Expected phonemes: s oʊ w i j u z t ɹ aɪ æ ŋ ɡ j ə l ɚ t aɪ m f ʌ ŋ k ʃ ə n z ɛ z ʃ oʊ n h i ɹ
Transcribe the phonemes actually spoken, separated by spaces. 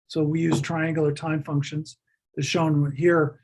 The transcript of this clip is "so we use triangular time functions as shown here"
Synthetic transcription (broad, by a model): s oʊ w i j u z t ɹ aɪ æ ŋ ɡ j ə l ɚ t aɪ m f ʌ ŋ k ʃ ə n z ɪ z ʃ oʊ n h i ɹ